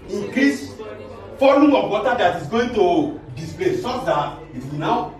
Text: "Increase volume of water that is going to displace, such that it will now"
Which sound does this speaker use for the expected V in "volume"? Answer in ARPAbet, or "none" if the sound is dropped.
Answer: F